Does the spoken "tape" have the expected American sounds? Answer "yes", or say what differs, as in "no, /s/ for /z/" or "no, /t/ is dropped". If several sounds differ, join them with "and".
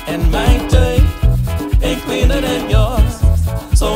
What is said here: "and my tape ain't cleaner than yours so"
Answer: no, /p/ is dropped